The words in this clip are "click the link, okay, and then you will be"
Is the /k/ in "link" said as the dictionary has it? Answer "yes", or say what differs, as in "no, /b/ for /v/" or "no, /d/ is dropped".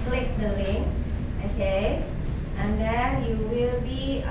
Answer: no, /k/ is dropped